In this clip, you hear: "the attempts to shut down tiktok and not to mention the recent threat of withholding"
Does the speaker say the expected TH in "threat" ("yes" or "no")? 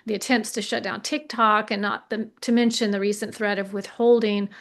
yes